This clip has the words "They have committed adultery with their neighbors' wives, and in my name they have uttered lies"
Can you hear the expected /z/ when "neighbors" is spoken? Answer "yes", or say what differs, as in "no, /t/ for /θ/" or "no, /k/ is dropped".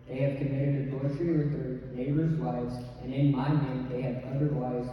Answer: yes